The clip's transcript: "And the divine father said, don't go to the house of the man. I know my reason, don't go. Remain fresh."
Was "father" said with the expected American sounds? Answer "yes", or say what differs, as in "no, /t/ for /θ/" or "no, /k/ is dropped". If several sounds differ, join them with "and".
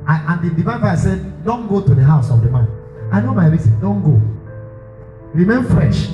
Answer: no, /ð/ is dropped